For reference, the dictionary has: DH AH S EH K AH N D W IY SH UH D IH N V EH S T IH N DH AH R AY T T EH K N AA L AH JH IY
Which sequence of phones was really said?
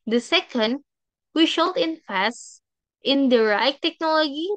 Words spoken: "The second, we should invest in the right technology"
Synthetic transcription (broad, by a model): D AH S EH K AH N D W IY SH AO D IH N F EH S T IH N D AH R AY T T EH K N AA L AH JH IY